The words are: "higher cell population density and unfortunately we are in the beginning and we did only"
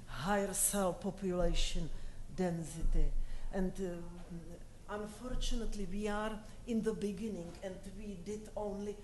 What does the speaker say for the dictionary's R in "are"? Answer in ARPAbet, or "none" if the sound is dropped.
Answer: R